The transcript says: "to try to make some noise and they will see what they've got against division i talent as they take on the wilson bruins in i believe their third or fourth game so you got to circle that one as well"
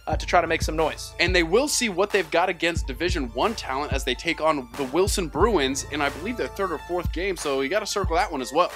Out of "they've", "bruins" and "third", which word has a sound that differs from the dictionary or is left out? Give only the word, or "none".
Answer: none